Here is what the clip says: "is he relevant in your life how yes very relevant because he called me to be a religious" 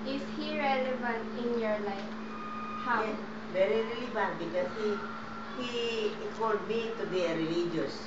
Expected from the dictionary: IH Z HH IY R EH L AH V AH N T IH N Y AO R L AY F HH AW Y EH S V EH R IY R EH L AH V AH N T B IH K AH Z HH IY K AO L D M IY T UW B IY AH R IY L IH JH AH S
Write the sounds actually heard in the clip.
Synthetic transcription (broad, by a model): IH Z HH IY R EH L AH V AH N T IH N Y AO R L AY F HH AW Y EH V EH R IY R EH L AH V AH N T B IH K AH S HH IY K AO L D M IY T UW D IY AH R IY L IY JH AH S